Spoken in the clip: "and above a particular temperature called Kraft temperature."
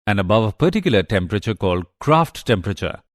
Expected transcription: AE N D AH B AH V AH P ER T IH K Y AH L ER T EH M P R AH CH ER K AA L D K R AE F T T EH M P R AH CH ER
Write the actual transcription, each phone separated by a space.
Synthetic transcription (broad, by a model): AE N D AH B AH V AH P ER T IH K Y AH L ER T EH M P R AH CH ER K AA L D K R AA F T T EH M P R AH CH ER